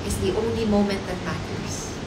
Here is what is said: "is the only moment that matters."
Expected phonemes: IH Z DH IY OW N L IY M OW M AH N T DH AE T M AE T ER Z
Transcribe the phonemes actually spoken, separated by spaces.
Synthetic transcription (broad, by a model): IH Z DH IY OW N L IY M OW M AH N T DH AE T M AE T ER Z